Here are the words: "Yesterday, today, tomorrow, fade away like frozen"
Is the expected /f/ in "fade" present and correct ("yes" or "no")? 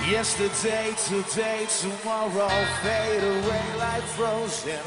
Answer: no